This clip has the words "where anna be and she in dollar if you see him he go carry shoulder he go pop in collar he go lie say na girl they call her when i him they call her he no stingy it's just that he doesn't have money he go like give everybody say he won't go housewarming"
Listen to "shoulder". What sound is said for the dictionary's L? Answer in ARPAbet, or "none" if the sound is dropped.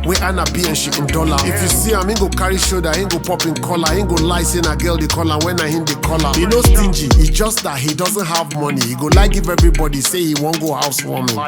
none